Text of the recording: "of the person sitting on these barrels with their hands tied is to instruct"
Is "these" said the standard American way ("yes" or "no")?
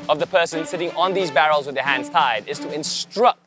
yes